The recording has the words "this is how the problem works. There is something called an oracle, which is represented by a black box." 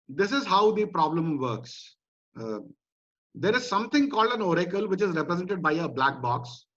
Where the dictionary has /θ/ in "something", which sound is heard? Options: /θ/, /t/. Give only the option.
/t/